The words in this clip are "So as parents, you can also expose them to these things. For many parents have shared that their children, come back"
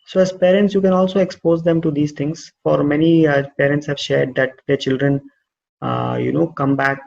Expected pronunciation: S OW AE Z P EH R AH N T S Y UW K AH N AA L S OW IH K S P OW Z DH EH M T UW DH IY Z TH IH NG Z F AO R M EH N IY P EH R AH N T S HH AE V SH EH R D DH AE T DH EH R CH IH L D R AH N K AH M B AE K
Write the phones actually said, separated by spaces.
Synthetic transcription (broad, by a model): S OW AE Z P EH R AH N T S Y UW K AH N AA L S OW IH K S P OW Z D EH M T UW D IY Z T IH NG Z F AO R M EH N IY P EH R AH N T S HH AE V SH EH R D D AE T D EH R CH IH L D R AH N K AH M B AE K